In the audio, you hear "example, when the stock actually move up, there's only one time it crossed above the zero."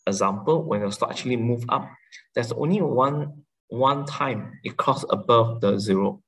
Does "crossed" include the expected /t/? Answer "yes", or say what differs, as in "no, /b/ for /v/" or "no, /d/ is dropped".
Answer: no, /t/ is dropped